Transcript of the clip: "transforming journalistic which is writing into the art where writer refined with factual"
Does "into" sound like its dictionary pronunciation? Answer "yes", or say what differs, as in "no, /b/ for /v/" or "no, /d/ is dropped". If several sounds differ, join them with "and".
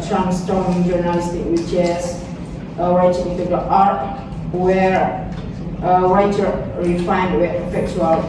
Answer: no, /n/ is dropped